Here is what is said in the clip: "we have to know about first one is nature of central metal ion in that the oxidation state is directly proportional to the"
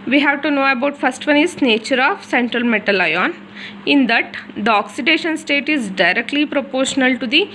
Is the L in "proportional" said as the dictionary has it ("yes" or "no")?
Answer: yes